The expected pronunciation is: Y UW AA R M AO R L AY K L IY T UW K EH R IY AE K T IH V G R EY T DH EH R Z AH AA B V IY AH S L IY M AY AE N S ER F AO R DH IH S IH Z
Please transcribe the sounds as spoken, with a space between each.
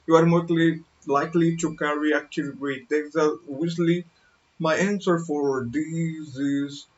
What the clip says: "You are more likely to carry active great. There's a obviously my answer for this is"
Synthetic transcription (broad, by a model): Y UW AA R M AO L L AY K L IY T UW K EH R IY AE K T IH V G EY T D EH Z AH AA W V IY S L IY M AY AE N S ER F AO R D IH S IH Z